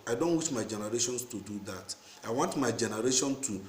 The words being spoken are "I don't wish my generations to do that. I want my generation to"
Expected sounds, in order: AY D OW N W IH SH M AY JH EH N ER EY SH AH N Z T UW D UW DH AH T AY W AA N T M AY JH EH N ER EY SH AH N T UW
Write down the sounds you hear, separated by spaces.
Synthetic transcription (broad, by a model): AY D OW N W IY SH M AY JH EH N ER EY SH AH N S T UW D UW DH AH T AY W AA N T M AY JH EH N ER EY SH AH N T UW